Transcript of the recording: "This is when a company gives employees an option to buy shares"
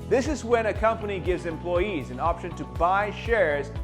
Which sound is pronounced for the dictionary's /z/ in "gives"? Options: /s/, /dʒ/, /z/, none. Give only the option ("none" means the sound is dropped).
/z/